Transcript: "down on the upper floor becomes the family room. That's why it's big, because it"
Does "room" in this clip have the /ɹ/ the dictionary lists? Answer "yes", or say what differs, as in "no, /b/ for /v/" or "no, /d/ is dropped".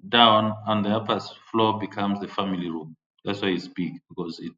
yes